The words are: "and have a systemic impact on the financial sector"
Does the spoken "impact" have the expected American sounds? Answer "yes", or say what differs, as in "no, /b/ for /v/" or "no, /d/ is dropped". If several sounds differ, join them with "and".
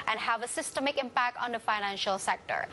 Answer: yes